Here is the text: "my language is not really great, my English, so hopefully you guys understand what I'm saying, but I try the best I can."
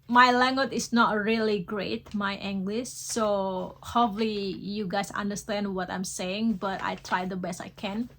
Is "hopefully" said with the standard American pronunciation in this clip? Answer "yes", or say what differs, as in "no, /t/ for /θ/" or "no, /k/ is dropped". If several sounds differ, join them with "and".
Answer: no, /p/ is dropped